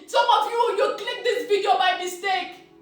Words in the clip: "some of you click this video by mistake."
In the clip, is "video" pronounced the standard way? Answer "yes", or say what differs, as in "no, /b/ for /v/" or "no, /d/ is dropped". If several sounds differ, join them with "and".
no, /b/ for /v/